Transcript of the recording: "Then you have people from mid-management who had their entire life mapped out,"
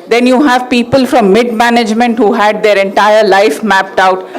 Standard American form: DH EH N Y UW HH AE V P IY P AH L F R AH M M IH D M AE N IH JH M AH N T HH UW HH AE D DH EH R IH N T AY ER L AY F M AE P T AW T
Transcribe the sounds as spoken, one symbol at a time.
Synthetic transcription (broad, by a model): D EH N Y UW HH AE V P IY P AH L F R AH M M IH D M AE N IH JH M AH N T HH UW HH AE D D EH R IH N T AY ER L AY F M AE P T AW T